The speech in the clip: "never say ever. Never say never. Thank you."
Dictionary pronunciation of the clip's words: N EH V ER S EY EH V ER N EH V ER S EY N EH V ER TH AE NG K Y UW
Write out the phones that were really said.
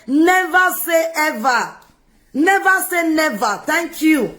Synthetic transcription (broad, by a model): N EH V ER S EY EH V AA N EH V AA S EY N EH V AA T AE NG K Y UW